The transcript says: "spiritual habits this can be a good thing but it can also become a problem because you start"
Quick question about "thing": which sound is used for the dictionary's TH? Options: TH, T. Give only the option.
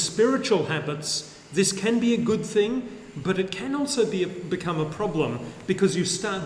TH